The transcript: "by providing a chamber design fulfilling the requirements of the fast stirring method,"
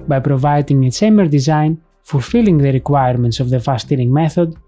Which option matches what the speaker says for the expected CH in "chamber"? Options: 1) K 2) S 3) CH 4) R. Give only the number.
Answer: 2